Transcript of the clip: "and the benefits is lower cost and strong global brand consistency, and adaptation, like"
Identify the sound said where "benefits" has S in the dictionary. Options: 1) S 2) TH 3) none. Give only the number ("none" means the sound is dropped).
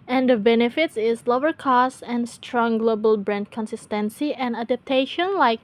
1